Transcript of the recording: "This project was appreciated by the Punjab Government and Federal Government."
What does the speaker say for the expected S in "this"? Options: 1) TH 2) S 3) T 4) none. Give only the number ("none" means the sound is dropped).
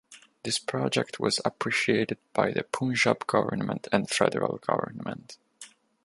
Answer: 2